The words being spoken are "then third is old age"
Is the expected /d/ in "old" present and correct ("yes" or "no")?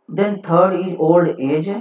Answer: yes